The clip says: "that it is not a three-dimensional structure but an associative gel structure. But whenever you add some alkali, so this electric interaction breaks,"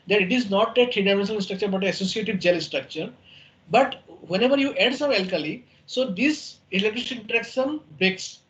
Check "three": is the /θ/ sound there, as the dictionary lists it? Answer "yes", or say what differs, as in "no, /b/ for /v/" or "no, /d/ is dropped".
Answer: no, /t/ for /θ/